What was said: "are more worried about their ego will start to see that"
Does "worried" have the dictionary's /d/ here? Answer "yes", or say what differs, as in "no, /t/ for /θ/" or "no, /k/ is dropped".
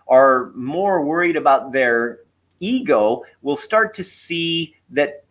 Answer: yes